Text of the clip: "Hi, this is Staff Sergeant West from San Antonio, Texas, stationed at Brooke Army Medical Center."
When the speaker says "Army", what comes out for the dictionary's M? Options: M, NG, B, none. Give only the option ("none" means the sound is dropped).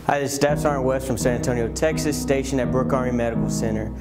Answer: none